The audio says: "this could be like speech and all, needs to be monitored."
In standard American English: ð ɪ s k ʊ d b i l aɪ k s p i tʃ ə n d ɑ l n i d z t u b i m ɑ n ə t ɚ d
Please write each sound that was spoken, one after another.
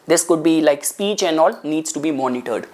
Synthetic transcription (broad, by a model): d ɪ s k ʊ d b i l aɪ k s p i tʃ ə n d ɑ l n i d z t u b i m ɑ n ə t ɚ d